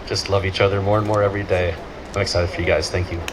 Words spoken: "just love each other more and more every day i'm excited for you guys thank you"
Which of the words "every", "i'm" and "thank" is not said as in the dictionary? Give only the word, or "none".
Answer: none